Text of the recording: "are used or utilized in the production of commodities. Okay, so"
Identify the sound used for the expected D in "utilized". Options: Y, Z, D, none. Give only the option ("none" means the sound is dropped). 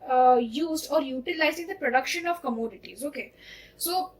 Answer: none